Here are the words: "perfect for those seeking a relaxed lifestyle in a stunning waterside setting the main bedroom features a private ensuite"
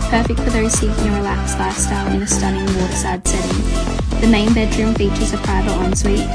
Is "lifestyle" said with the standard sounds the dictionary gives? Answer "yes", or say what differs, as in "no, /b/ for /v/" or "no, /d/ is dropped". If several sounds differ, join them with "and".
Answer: no, /f/ is dropped